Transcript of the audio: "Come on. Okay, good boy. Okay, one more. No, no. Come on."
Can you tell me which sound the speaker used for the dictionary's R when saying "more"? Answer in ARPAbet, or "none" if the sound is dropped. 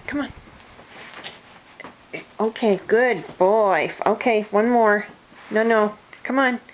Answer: R